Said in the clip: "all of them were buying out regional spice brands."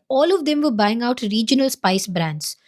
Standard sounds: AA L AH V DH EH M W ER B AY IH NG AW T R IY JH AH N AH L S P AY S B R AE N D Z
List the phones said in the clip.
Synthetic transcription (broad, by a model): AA L AH V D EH M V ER B AY IH NG AW T R IY JH AH N AH L S P AY S B R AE N D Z